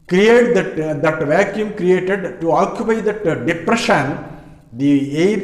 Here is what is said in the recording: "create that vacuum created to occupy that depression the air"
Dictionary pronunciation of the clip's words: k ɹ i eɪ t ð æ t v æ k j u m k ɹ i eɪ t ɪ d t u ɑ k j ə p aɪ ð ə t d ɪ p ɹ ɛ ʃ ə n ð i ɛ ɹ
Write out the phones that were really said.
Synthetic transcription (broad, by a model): k ɹ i eɪ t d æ t v æ k j u m k ɹ i eɪ t ɪ d t u ɑ k j ə p aɪ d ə t d ɪ p ɹ ɛ ʃ ə n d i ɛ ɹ